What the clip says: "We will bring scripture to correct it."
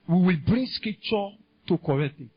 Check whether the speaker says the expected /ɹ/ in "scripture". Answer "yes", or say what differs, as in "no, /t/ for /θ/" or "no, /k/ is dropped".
no, /ɹ/ is dropped